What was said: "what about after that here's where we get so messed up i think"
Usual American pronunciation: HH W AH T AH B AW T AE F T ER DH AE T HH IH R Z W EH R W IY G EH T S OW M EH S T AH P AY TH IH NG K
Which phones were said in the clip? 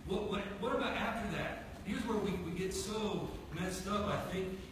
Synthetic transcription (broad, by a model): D W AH T AH B AW T AE F T ER DH AE T HH IH R Z W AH R W IY G EH T S OW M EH S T AH F AY TH IH NG K